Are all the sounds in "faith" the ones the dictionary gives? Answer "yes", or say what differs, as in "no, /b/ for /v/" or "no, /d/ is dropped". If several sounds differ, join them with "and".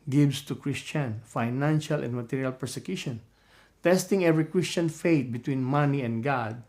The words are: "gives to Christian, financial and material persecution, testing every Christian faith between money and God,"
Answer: no, /t/ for /θ/